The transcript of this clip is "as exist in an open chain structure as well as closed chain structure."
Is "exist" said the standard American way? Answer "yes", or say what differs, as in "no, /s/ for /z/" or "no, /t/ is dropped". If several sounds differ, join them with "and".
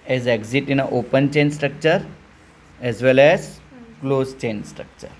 no, /s/ is dropped